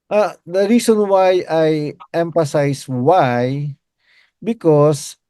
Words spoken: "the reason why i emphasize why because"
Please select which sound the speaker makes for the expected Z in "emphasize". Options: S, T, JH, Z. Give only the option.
S